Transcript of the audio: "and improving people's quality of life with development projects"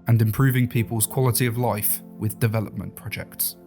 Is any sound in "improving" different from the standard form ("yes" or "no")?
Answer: no